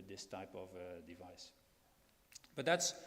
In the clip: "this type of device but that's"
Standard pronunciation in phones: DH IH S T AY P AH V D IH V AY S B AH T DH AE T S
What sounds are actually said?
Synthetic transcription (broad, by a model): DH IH S T AY P AH V D IH V AY S B AH T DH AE T S